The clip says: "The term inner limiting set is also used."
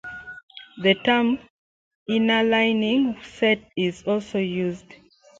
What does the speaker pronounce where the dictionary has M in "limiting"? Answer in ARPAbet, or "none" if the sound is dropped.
none